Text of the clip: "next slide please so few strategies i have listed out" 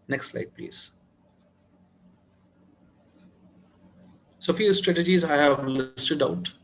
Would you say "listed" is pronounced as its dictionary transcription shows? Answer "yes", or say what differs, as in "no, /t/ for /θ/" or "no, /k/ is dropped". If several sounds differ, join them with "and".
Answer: yes